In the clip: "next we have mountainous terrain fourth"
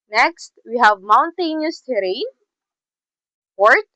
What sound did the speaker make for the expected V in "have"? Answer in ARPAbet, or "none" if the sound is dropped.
V